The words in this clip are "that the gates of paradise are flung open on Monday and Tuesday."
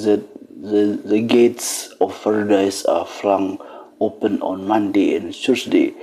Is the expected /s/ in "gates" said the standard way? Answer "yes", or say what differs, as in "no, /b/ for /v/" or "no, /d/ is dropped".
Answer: yes